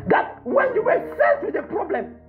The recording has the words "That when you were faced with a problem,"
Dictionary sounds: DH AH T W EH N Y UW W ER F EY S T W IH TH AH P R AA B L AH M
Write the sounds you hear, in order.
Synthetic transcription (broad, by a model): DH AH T W EH N Y UW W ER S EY T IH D AH P R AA B L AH M